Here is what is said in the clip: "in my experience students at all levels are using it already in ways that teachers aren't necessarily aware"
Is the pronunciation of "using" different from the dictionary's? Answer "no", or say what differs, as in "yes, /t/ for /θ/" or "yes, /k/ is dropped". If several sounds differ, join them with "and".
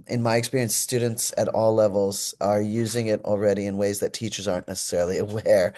no